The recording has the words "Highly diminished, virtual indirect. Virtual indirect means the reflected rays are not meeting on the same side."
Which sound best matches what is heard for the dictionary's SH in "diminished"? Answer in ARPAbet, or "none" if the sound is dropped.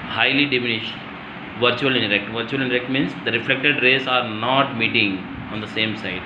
SH